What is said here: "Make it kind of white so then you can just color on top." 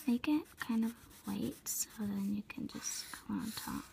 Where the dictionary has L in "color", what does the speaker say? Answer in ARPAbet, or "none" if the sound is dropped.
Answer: none